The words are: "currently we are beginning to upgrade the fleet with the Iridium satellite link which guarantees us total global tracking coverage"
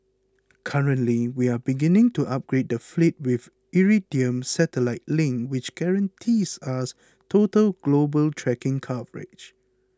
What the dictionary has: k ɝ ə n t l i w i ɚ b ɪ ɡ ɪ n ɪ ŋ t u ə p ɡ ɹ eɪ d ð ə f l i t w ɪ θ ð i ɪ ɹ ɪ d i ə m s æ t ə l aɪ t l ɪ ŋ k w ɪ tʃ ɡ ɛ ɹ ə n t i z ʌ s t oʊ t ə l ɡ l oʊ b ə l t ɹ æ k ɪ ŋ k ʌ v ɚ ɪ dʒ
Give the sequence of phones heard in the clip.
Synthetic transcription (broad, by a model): k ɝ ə n t l i w i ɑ b ɪ ɡ ɪ n ɪ ŋ t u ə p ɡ ɹ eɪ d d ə f l i t w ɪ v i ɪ ɹ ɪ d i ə m s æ t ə l aɪ t l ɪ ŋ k w ɪ tʃ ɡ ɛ ɹ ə n t i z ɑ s t oʊ t ə l ɡ l oʊ b ə l t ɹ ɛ k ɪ ŋ k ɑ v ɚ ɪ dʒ